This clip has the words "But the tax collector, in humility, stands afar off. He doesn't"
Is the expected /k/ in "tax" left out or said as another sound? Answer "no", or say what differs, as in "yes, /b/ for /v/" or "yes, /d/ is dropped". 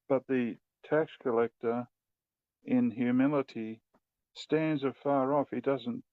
no